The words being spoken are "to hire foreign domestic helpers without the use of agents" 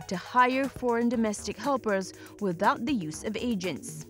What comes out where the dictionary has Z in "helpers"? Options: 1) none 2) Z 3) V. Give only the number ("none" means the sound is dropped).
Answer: 2